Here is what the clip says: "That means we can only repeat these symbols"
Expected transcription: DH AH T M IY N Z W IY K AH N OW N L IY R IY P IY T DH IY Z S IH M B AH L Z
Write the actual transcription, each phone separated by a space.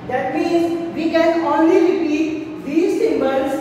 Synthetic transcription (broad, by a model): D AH T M IY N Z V IY K AH N OW N L IY R IY P IY T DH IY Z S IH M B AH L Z